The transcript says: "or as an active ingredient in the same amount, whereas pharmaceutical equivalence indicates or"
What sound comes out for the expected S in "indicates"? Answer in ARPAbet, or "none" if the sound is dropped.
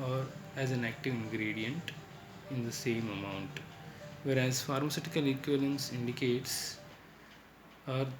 S